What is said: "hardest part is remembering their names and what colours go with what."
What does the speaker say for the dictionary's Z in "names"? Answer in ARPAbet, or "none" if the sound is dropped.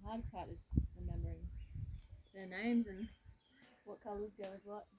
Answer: Z